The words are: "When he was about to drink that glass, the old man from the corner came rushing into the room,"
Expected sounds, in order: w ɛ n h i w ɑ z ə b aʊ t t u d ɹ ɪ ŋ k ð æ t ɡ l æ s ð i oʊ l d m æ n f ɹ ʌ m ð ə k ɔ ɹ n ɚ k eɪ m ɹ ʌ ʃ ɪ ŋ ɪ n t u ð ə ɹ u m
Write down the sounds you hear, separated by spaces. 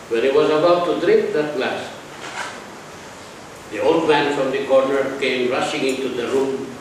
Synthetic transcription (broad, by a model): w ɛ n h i w ɑ z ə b aʊ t t u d ɹ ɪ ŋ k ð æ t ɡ l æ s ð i oʊ l d m æ n f ɹ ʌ m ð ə k ɔ ɹ n ɚ k eɪ m ɹ ʌ ʃ ɪ ŋ ɪ n t u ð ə ɹ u m